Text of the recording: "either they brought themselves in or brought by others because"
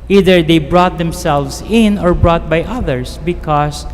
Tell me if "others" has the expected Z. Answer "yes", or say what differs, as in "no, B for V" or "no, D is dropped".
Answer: no, S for Z